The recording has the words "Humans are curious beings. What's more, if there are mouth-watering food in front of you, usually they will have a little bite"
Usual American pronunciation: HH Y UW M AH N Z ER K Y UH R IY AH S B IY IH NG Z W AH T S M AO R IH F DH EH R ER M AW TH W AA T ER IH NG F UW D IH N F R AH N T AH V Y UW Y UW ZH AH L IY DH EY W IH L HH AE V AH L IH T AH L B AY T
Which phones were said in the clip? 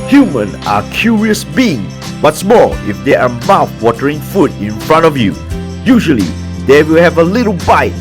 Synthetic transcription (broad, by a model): HH Y UW M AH N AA K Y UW R IY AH S B IY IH NG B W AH T S M AO L IH F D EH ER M AW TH W AA T ER IH NG F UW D IH N F R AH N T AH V Y UW Y UW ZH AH L IY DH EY W IH L HH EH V AH L IH T AH L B AY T